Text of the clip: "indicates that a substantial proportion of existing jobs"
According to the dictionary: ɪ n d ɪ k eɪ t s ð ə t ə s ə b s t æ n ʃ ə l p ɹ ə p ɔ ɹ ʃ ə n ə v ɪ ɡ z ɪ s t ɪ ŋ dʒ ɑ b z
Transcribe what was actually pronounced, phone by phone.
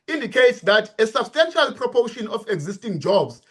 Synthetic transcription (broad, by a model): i n d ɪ k eɪ t s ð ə t ə s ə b s t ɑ n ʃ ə l p ɹ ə p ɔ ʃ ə n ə f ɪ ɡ z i s t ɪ ŋ dʒ ɑ b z